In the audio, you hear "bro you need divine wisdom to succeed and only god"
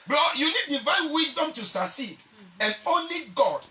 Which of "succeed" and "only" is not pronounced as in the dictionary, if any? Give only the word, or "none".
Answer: succeed